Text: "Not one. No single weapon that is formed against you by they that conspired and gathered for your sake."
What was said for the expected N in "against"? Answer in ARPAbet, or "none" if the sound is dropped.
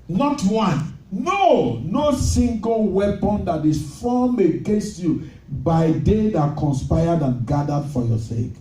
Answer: none